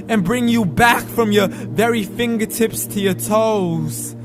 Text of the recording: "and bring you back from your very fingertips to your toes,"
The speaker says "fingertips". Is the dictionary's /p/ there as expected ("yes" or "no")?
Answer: yes